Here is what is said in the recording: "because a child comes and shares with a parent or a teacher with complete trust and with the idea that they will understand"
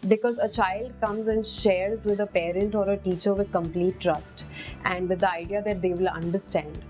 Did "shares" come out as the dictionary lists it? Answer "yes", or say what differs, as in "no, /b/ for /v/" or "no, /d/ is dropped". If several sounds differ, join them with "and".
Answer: yes